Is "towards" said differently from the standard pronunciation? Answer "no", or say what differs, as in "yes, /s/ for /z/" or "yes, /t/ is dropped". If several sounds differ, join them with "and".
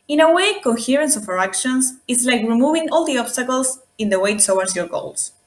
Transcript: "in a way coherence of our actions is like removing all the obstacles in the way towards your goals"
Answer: yes, /w/ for /ɹ/